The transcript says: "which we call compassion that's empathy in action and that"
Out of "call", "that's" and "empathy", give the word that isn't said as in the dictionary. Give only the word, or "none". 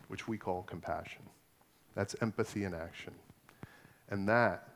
none